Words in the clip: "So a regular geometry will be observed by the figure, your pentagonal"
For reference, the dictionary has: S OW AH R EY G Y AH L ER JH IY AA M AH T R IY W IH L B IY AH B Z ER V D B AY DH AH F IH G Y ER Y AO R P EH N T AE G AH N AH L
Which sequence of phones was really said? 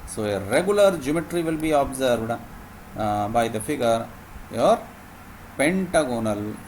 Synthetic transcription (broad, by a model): S OW AH R EY G Y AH L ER JH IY M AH T R IY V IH L B IY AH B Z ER D B AY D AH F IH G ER Y AO R P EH N T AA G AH N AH L